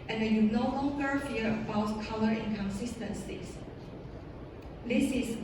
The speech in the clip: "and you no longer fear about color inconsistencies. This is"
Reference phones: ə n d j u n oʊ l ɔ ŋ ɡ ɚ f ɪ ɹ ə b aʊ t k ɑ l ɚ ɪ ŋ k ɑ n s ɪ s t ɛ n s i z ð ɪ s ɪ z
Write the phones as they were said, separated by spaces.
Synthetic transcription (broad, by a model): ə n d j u n oʊ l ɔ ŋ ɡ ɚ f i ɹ ə b aʊ t k ɑ l ɚ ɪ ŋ k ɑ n s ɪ s t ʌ n s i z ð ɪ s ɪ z